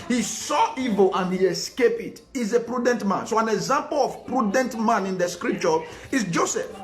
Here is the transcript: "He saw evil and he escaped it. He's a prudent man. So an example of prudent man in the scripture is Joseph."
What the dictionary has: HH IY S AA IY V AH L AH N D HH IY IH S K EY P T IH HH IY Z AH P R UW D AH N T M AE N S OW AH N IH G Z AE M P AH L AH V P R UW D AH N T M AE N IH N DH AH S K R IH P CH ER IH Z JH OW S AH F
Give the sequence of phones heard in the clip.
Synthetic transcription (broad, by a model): HH IY S AA IY V AH L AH N HH IY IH S K EY P IH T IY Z AH P R UW D AH N T M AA N S OW AH N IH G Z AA M P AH L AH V P R UW D AH N T M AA N IH N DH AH S K R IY P CH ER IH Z JH OW S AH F